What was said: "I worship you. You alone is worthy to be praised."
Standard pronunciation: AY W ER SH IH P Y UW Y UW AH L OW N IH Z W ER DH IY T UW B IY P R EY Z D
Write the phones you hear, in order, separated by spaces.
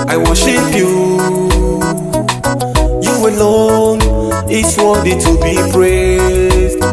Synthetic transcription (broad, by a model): AY W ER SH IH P Y UW Y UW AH L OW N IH S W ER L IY T UW B IY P R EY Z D